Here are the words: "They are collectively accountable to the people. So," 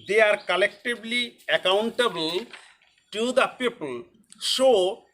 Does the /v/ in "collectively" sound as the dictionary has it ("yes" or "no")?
no